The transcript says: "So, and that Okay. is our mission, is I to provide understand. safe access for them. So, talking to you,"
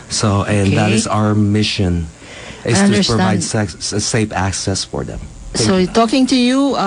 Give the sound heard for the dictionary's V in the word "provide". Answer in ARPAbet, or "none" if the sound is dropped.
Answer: none